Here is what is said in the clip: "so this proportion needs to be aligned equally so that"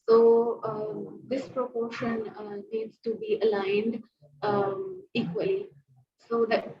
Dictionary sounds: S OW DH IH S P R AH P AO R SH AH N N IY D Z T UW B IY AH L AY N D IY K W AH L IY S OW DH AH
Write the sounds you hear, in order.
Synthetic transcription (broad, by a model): S OW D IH S P R AH P AO R SH AH N N IY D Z T UW B IY AH L AY N D IY K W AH L IY S OW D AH